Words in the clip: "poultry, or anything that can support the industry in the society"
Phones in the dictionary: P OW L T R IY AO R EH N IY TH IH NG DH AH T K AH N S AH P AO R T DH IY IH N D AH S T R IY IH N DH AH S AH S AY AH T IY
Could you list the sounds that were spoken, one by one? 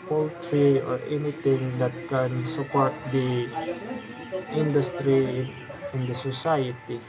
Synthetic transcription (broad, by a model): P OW L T R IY AO R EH N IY T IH NG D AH T K AH N S AH P AO R T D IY IH N D AH S T R IY IH N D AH S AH S AY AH T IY